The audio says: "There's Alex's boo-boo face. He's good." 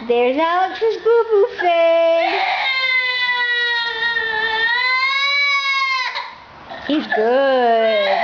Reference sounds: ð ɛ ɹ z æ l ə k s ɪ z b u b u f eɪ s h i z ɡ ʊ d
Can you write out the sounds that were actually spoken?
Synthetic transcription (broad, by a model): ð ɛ ɹ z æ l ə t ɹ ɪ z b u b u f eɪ h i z ɡ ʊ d